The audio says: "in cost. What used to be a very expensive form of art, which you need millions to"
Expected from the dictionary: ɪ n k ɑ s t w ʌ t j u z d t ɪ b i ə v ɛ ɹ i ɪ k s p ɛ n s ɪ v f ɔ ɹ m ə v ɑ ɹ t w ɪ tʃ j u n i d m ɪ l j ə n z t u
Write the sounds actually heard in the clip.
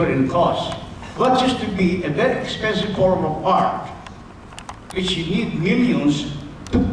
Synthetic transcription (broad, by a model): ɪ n k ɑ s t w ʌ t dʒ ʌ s t ɪ b i ə b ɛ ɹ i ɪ k s p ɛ n s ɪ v f ɔ ɹ m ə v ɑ ɹ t w ɪ tʃ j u n i d m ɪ l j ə n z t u